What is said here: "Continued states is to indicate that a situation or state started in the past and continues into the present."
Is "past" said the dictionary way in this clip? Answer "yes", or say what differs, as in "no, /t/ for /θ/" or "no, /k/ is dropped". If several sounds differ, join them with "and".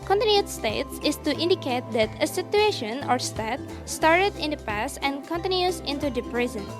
yes